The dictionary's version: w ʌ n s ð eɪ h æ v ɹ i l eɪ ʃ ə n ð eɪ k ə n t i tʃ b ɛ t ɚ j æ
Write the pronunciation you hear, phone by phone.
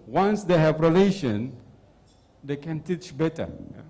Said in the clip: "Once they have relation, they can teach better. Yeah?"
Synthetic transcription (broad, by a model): w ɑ n s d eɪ h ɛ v ɹ i l eɪ ʃ ə n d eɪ k ə n t i tʃ b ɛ t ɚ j